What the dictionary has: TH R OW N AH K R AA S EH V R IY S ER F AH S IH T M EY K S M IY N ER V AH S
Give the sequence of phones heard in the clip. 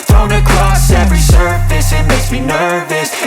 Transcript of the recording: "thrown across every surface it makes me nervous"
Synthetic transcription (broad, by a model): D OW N AH K R AA S EH V R IY S ER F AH S IH T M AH S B IY N ER V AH S